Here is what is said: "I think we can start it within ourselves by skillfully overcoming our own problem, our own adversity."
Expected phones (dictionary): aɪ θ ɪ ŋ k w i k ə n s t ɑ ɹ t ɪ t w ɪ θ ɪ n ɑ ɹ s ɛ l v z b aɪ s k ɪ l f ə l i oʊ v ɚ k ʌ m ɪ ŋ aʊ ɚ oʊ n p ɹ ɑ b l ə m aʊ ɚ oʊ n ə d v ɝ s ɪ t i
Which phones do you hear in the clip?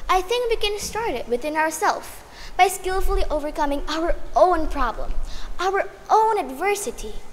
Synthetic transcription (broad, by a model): aɪ θ ɪ ŋ k w i k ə n s t ɑ ɹ t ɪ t w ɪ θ ɪ n ɑ ɹ s ɛ l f b aɪ s k ɪ l f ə l i oʊ v ɚ k ʌ m ɪ ŋ aʊ ɚ oʊ n p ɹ ɑ b l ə m aʊ ɚ oʊ n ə d v ɝ s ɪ t i